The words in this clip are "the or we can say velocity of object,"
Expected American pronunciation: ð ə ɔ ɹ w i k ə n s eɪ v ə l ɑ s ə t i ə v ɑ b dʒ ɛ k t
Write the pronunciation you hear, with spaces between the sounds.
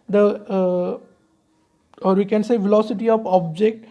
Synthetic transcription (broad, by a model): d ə ɔ ɹ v i k ə n s eɪ v ə l ɑ s ə t i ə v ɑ b dʒ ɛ k t